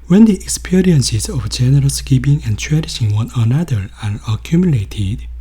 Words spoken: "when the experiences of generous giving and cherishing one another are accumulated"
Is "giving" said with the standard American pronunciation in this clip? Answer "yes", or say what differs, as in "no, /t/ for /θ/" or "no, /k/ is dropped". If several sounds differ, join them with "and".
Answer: no, /p/ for /v/